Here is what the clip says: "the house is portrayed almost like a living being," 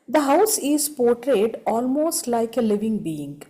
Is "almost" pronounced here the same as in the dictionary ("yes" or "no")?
yes